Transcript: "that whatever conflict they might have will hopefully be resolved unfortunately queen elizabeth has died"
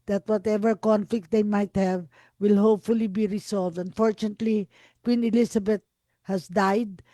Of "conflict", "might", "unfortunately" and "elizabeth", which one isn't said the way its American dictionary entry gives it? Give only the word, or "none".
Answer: elizabeth